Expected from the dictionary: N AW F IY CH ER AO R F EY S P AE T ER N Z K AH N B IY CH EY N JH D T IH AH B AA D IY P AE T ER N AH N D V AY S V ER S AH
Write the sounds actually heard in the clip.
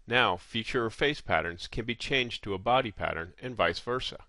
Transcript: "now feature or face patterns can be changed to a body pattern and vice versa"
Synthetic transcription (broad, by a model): N AW F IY CH ER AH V F EY S P AE T ER N Z K AH N B IY CH EY N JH T IH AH B AA D IY P AE T ER N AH N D V AY S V ER S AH